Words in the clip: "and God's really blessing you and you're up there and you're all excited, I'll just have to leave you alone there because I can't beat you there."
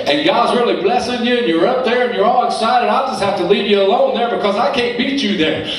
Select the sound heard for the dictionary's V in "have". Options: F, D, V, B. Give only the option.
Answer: F